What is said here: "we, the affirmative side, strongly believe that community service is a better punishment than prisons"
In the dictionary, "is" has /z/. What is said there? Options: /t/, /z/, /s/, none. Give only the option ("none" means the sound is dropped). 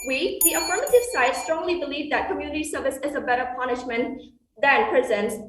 /z/